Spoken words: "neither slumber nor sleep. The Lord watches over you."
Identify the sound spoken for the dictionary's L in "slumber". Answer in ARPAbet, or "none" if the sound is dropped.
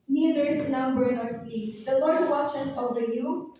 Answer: N